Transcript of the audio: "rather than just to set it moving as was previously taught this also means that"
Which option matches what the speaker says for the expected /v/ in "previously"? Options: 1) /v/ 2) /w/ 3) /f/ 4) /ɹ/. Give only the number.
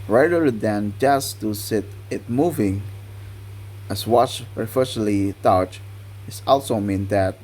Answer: 3